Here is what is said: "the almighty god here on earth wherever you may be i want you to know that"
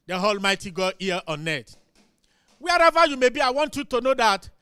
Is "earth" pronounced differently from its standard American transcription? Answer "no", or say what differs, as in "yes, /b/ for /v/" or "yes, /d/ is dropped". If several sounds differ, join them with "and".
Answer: yes, /t/ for /θ/